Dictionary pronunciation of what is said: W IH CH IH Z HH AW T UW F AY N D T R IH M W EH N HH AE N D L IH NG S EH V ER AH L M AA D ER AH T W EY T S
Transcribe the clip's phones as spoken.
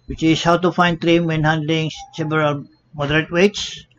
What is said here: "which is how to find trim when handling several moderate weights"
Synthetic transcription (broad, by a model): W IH CH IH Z HH AW T UW F AY N D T R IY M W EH N HH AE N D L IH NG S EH B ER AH M AA D ER AH T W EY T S